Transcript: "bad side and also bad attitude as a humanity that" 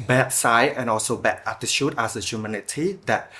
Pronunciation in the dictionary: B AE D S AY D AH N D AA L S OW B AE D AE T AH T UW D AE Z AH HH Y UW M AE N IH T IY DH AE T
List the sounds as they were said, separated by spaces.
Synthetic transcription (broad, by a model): B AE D S AY AH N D AA L S OW B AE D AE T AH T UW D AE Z AH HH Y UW M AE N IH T IY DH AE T